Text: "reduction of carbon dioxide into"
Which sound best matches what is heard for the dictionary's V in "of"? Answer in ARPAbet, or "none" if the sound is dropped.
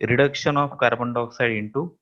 P